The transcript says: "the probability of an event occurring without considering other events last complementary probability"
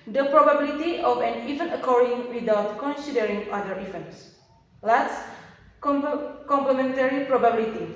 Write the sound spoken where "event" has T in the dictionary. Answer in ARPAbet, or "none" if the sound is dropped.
none